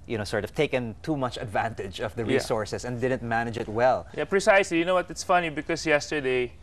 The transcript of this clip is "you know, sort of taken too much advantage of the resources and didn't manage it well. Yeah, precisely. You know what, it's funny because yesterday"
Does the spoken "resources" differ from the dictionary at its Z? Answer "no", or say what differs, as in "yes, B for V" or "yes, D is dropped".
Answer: yes, S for Z